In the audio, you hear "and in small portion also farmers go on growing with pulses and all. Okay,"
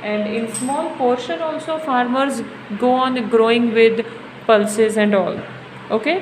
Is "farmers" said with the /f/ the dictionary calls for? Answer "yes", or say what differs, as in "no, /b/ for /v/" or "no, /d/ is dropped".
yes